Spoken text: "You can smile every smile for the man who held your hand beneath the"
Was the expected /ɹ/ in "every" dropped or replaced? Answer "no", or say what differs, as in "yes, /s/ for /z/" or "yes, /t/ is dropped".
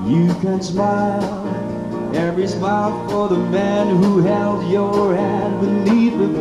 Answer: no